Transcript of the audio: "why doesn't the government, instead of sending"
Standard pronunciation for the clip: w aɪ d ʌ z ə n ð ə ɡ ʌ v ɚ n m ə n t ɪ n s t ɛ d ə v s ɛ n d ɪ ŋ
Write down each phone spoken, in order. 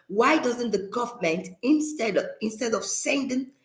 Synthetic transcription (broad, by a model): w aɪ d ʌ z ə n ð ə ɡ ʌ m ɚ n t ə n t ɪ n s t ɛ d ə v s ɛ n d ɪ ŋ